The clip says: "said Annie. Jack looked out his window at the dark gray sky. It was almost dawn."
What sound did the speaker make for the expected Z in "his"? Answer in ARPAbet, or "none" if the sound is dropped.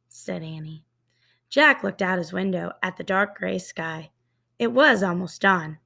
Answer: Z